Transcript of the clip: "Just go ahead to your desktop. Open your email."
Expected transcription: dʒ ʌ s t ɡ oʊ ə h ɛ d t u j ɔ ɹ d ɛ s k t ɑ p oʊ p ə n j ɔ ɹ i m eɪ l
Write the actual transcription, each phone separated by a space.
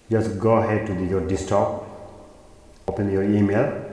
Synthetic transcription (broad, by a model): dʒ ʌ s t ɡ oʊ ə h ɛ d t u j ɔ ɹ d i s t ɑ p oʊ p ə n j ɔ ɹ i m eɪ l